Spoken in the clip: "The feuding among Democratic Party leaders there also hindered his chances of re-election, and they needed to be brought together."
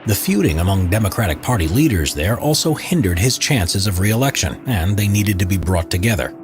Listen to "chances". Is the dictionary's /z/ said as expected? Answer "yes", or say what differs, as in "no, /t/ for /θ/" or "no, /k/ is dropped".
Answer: yes